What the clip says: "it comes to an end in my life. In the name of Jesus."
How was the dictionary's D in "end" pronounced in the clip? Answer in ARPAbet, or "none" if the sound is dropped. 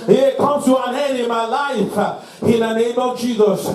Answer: none